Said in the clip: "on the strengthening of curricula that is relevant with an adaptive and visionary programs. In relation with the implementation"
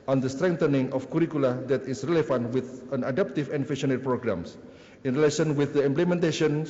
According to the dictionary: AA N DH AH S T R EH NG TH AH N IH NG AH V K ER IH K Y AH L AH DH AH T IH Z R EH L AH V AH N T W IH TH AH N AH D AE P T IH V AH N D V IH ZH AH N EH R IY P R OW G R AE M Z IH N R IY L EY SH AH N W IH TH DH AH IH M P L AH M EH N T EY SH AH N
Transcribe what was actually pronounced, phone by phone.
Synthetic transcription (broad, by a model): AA N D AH S T R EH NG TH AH N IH NG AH F K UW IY K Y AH L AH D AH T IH S R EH L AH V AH N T W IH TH AH N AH D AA P T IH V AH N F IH SH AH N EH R P R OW G R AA M S IH N R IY L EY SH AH N W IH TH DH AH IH M P L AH M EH N T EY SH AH N